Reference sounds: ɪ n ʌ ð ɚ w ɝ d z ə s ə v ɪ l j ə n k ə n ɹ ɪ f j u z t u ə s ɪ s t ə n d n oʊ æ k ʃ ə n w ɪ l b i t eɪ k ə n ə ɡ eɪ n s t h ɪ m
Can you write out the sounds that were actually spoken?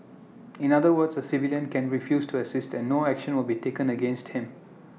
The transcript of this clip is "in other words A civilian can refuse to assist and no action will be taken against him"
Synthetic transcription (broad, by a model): ɪ n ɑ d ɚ w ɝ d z ə s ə v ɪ l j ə n k ə n ɹ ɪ f j u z t u ə s ɪ s t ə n n oʊ æ k ʃ ə n w ɪ l b i t eɪ k ə n ə ɡ eɪ n s t h ɪ m